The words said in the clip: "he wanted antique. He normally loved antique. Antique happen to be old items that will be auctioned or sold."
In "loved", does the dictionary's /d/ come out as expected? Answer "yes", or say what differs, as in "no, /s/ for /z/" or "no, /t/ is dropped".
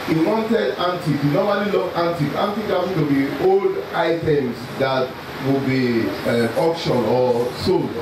no, /d/ is dropped